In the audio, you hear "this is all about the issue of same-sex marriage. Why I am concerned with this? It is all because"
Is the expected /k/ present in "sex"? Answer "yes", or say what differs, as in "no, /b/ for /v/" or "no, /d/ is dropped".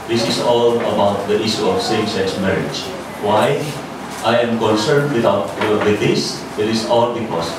no, /k/ is dropped